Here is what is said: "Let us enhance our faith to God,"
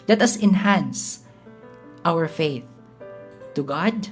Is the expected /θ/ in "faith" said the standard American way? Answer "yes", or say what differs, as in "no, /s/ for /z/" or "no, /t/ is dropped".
yes